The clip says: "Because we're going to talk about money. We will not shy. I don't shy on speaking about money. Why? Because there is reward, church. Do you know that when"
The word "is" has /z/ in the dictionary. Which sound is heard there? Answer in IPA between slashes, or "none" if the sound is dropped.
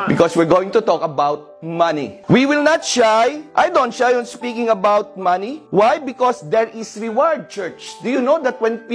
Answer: /s/